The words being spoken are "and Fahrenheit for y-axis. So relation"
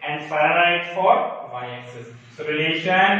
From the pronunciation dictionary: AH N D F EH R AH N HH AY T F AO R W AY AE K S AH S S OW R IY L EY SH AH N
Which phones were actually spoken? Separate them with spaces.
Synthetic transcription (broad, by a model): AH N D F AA AH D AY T F AO R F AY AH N S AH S S OW R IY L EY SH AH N